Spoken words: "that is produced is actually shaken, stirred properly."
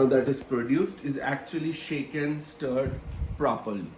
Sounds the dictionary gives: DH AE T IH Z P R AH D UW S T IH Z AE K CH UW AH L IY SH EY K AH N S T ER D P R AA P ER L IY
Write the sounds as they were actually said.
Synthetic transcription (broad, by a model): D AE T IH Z P R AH D UW S T IH Z AE K CH UW AH L IY SH EY K AH N S T ER D P R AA P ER L IY